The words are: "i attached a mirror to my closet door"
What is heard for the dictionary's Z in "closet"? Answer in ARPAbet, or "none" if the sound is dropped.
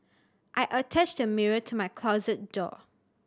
Z